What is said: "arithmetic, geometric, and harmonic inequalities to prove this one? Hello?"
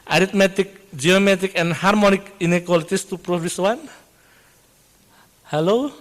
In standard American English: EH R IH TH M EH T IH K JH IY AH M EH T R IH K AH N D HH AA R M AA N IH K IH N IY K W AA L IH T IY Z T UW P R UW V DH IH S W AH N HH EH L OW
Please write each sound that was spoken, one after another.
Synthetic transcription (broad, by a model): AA R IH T M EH T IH K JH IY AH M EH T IH K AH N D HH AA R M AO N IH K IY N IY K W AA L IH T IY S T UW P R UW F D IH S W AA N HH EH L OW